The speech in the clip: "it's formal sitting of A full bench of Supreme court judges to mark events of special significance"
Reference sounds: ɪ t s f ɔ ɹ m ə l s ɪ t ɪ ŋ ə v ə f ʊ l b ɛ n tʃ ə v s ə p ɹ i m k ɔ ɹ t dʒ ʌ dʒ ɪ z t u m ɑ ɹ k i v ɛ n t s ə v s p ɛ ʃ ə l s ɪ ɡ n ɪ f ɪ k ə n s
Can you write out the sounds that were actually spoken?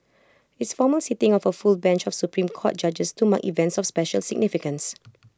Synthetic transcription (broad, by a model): ɪ t s f ɔ m ə l s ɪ t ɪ ŋ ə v ə f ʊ l b ɛ n tʃ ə f s ə p ɹ i m k ɔ t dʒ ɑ dʒ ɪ s t u m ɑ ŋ i v ɛ n t s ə f s p ɛ ʃ ə l s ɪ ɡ n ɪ f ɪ k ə n s